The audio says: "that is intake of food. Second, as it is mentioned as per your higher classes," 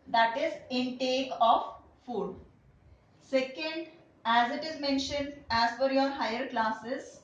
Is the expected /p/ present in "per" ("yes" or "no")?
no